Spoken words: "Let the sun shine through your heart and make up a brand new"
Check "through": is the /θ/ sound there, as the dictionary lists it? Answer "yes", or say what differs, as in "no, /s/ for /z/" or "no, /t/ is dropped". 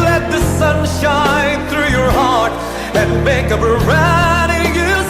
yes